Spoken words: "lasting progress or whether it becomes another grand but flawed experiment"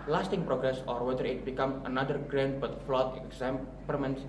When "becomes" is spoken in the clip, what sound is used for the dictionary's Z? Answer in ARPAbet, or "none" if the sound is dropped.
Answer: none